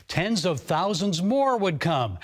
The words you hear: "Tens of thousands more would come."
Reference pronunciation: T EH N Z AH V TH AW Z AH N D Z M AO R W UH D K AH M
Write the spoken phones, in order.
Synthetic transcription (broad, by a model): T EH N Z AH V TH AW Z AH N D Z M AO R W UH D K AH M